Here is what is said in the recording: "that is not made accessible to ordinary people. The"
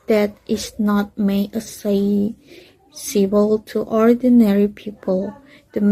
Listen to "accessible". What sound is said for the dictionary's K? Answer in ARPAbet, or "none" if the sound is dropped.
none